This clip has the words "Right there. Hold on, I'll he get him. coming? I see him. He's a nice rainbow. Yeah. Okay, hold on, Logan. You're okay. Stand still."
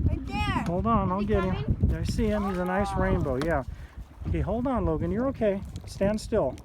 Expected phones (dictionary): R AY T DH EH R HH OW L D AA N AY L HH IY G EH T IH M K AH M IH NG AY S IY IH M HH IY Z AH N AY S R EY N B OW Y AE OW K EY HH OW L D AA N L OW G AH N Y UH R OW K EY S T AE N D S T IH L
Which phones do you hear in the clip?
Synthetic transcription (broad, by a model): HH OW L D N AY L G EH T IH M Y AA IH S IY IH M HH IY Z AH N AY S R EY N B OW Y AE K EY HH OW L D N L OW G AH N Y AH R OW K EY S T AE N D S T IH L